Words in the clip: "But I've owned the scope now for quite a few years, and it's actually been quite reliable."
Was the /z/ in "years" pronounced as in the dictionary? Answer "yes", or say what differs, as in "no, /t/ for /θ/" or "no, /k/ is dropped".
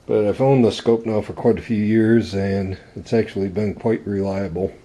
yes